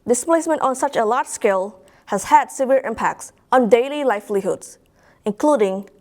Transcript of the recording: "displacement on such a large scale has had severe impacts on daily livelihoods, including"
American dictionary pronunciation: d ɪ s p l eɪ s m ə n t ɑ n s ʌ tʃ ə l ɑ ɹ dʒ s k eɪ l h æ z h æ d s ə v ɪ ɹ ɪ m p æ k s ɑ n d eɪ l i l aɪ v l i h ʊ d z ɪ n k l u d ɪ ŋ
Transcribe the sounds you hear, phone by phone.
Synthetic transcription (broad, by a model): d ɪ s p l eɪ s m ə n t ɑ n s ʌ tʃ ə l ɑ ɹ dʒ s k eɪ l h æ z h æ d s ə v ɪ ɹ ɪ m p æ k s ɑ n d eɪ l i l aɪ f l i h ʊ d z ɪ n k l u d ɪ ŋ